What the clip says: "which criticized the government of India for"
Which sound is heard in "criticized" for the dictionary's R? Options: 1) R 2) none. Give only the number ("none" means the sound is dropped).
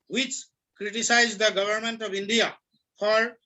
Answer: 1